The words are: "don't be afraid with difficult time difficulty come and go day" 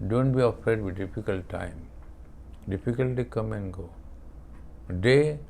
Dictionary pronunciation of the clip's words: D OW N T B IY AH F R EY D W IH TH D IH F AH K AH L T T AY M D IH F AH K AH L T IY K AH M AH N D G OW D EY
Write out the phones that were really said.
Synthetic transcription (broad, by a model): D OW N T B IY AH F EY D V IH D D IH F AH K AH L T T AY M D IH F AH K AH L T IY K AH M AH N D G OW D EY